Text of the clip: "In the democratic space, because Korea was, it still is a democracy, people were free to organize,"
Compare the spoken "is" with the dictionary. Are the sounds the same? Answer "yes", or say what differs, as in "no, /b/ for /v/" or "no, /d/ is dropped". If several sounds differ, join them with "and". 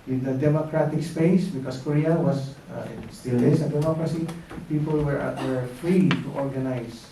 no, /s/ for /z/